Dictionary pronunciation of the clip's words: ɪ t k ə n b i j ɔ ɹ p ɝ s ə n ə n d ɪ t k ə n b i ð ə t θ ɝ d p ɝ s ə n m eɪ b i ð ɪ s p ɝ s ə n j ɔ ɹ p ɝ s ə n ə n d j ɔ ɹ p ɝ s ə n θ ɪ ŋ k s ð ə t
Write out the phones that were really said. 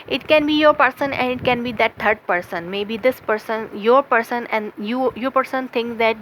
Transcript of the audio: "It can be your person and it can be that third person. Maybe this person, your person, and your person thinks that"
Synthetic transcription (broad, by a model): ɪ t k ə n b i j ɔ ɹ p ɝ s ə n ə n d ɪ t k ə n b i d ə t t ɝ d p ɝ s ə n m eɪ b i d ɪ s p ɝ s ə n j ɔ ɹ p ɝ s ə n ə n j j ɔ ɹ p ɝ s ə n t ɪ ŋ k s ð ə t